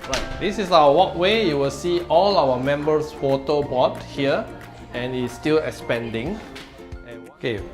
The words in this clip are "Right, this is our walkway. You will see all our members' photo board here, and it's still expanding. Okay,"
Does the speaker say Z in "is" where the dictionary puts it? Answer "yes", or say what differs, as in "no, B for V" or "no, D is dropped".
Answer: no, S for Z